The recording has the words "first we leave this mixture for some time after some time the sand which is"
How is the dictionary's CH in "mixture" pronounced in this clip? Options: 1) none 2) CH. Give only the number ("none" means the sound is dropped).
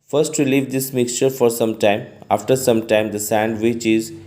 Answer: 2